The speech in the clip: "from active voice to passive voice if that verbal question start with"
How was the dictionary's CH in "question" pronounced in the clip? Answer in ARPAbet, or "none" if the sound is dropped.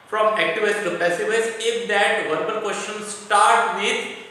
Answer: SH